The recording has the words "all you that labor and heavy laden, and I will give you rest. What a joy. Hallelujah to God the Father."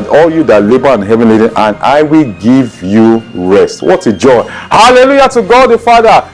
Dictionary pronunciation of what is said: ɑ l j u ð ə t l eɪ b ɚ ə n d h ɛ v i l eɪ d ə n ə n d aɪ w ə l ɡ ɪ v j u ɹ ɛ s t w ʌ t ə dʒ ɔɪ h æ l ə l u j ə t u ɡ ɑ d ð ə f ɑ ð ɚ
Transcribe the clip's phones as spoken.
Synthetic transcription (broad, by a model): ɑ l j u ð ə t l eɪ b ɚ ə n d h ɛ v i l eɪ d ə n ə n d aɪ w ə l ɡ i v j u ɹ ɛ s t w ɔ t ə dʒ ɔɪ h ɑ l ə l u j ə t u ɡ ɑ d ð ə f ɑ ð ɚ